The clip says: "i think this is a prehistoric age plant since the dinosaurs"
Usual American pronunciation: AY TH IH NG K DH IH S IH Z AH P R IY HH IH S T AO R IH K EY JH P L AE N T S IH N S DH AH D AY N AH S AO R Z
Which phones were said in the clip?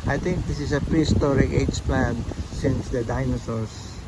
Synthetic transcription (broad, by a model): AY T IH NG K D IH S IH S AH P R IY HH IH S T AO R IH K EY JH P L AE N S IH N S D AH D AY N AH S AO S